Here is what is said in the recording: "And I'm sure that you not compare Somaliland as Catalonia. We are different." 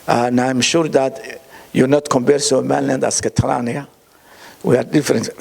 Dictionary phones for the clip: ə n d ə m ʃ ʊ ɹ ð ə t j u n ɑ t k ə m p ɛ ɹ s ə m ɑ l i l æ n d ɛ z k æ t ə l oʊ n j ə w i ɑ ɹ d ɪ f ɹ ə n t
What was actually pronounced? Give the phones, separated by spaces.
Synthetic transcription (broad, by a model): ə n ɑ ə m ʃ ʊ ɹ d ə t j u n ɑ t k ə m b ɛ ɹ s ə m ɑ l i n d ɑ s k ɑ t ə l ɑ n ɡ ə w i ɑ ɹ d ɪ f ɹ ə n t